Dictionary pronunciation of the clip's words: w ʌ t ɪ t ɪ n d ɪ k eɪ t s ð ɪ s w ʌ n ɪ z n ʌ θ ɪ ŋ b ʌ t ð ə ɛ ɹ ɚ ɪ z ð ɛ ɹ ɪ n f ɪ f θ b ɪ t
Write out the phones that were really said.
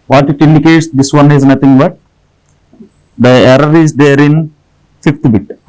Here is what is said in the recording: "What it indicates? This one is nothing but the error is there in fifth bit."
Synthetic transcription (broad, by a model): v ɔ t ɪ t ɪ n d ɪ k eɪ t s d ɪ s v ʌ n ɪ z n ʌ t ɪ ŋ b ʌ t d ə ɛ ɹ ɚ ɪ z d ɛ ɹ ɪ n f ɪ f t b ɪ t